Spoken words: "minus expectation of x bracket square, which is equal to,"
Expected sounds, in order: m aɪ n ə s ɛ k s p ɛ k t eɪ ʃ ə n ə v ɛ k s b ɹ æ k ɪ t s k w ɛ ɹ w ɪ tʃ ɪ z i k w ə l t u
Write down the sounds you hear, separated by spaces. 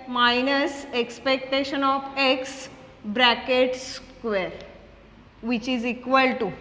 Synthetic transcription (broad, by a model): m aɪ n ə s ɛ k s p ɛ k t eɪ ʃ ə n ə f ɛ k s b ɹ æ k ɪ t s k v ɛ ɹ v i tʃ ɪ z i k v ə l t u